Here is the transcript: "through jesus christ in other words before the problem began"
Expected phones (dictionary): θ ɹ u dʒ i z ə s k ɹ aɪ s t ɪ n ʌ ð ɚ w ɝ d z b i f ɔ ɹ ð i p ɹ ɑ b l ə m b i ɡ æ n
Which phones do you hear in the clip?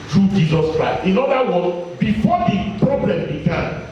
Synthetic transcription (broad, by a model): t ɹ u dʒ i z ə s k ɹ aɪ s t ɪ n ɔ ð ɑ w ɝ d b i f ɔ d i p ɹ ɑ b l ə m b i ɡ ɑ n